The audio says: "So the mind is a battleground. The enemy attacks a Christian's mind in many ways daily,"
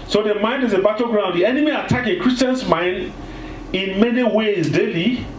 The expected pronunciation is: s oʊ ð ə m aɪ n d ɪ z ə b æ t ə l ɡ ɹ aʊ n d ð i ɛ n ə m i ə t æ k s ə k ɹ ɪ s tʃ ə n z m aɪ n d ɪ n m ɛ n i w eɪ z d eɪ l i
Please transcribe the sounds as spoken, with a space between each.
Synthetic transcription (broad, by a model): s oʊ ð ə m aɪ n d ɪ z ə b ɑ t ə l ɡ ɹ aʊ n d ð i ɛ n ə m i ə t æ k ə k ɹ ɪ s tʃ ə n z m aɪ n d ɪ n m ɛ n i w eɪ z d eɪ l i